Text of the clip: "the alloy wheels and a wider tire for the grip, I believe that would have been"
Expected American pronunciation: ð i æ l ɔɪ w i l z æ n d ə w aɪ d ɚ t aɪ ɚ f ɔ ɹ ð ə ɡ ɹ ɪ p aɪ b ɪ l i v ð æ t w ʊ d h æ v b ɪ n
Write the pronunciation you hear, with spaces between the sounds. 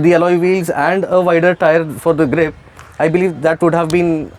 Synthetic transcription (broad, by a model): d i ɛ l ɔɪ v i l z æ n d ə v aɪ d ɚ t aɪ ɚ f ɔ ɹ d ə ɡ ɹ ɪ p aɪ b ɪ l i v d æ t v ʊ d h æ v b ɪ n